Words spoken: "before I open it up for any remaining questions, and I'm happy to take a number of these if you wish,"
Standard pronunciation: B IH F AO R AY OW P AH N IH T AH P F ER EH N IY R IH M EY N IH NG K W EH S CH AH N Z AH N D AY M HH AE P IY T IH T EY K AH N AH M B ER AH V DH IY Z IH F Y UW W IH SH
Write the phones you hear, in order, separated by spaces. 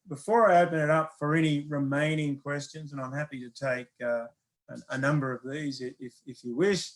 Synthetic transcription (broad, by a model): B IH F AO R AY OW P AH N IH T AH P F ER EH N IY R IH M EY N IH NG K W EH S CH AH N Z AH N AY M HH AE P IY T IH T EY K AH N AH M B ER AH V DH IY Z IH F Y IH W IH SH